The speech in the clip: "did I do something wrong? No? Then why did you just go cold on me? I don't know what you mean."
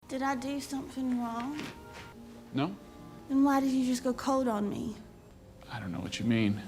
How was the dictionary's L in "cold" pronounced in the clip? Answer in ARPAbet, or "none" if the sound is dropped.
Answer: none